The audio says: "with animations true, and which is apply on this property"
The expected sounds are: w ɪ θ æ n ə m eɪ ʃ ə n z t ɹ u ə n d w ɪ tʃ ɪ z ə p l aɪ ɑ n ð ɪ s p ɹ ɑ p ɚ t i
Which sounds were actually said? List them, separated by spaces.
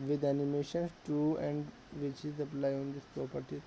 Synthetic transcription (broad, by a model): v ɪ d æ n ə m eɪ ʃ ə n s t u ə n d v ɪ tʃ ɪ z ə p l aɪ ɑ n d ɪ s p ɹ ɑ p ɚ t i